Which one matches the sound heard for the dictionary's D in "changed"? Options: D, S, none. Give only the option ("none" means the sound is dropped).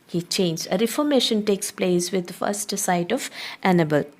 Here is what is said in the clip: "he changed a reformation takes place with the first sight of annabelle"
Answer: none